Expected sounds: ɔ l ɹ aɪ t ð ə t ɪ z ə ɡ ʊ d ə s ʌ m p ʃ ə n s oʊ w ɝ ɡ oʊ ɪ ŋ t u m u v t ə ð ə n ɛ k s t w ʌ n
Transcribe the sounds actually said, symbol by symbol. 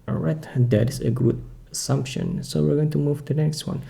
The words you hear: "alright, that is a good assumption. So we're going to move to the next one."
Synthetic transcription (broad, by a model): ɹ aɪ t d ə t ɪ s ə ɡ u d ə s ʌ m p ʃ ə n s oʊ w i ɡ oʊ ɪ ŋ t u m u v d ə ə n ɛ k s t w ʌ n